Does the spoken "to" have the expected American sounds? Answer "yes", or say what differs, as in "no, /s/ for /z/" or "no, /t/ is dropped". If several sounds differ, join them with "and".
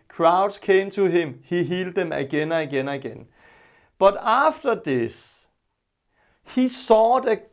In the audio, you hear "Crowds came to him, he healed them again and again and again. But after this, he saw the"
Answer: no, /s/ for /t/